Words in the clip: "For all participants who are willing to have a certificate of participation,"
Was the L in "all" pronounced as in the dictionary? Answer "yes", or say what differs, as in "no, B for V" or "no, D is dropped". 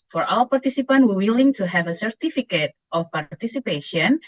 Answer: no, W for L